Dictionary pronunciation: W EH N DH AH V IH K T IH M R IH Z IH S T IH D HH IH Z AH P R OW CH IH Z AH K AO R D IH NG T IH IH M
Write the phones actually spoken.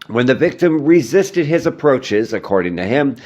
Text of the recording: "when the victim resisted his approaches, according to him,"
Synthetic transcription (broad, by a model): W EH N DH AH V IH K T IH M R IH Z IH S T IH D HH IH Z AH P R OW CH IH Z AH K AO R D IH NG T IH IH M